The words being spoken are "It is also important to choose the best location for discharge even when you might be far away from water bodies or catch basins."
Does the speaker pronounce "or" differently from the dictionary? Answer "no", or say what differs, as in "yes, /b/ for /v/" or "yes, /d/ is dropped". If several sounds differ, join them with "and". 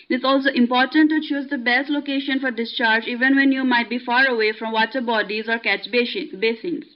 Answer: no